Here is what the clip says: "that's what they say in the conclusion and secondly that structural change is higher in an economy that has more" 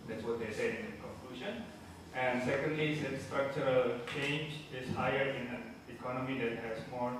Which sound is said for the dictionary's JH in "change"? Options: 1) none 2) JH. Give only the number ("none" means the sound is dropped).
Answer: 2